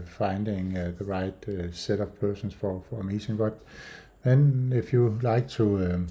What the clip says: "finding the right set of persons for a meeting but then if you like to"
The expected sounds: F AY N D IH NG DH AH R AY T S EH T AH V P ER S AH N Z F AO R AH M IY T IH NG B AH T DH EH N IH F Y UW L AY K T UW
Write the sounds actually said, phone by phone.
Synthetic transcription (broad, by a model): F AY N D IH NG DH AH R AY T S EH T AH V P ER S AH N S F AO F AH M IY S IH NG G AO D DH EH N IH F Y UW L AY K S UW